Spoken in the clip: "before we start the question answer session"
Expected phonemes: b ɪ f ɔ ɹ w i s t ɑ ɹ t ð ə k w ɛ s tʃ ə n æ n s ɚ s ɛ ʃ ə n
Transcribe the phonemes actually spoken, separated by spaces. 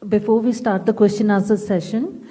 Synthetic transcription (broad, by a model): b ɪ f ɔ ɹ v i s t ɑ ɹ t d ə k w ɛ s tʃ ə n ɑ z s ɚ s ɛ ʃ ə n